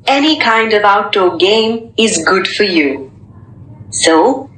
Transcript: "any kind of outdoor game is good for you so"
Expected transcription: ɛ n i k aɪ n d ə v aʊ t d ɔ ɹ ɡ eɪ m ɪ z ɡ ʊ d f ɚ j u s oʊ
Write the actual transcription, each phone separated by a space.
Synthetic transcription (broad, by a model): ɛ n i k aɪ n d ə v aʊ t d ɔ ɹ ɡ eɪ m ɪ z ɡ ʊ d f ɚ j u s oʊ